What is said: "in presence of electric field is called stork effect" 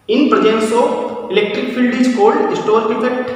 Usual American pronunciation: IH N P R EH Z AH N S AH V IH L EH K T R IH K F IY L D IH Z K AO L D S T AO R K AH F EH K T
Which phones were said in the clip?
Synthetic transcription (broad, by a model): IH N P R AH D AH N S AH P IH L EH K T R IH K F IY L D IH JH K AO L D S T AO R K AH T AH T